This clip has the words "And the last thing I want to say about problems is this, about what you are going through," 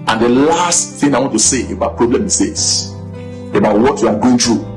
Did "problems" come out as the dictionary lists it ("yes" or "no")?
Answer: no